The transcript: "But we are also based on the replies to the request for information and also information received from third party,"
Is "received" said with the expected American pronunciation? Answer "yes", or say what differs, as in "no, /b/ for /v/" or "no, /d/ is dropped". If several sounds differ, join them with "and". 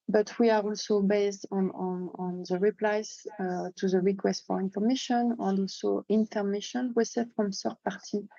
no, /w/ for /ɹ/